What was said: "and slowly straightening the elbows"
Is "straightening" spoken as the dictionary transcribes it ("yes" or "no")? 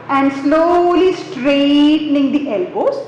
yes